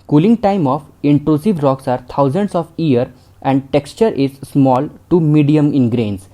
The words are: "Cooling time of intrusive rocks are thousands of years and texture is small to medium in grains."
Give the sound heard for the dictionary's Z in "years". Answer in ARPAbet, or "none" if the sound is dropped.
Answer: none